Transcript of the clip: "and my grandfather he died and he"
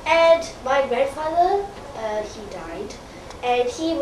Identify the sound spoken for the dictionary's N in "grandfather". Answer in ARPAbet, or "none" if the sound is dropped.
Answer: none